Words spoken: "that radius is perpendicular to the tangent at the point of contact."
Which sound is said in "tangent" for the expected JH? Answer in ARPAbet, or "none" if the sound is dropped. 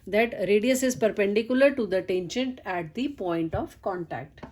SH